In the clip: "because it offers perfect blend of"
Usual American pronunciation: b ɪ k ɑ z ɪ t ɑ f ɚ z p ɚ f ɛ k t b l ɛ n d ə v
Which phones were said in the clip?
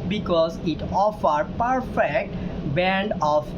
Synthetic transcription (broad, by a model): b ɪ k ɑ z ɪ t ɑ f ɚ p ɚ f ɛ k t b ɛ n d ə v